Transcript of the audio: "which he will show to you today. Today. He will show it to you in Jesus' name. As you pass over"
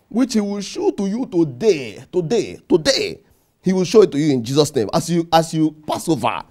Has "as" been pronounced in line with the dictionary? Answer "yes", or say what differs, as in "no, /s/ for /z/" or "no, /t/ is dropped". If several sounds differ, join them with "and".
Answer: no, /s/ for /z/